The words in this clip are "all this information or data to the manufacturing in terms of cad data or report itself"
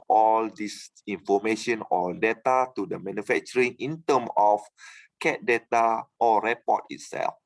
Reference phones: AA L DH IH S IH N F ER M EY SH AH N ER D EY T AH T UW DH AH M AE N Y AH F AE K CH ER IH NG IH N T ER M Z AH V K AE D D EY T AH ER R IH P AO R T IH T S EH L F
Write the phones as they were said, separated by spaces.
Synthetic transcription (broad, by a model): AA L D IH S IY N F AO M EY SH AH N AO D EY T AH T UW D AH M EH N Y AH F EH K CH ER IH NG IH N T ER M AH F K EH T D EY T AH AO R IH P AO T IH T S EH L F